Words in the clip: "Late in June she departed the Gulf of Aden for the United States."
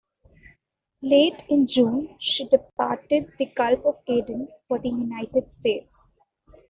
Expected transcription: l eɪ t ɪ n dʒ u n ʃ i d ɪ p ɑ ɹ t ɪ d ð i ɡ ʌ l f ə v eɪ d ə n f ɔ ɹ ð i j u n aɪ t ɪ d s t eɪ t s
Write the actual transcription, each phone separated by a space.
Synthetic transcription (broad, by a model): l eɪ t ɪ n dʒ u n ʃ i d ɪ p ɑ ɹ t ɪ d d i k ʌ l p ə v eɪ d ə n f ɔ ɹ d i j u n aɪ t ɪ d s t eɪ t s